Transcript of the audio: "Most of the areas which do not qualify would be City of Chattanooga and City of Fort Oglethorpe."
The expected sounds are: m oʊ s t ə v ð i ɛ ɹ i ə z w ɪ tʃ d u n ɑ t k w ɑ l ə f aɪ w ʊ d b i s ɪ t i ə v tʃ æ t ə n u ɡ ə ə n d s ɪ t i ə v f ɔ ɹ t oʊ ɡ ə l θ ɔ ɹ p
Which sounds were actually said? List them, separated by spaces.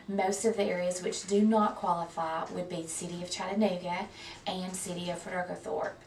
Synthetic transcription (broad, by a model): m oʊ s t ə v ð i ɛ ɹ i ə z w ɪ tʃ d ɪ n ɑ t k w ɑ l ə f aɪ w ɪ d b i s ɪ t i ə v tʃ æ t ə n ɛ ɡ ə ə n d s ɪ t i ə v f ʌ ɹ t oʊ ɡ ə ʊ θ ɔ ɹ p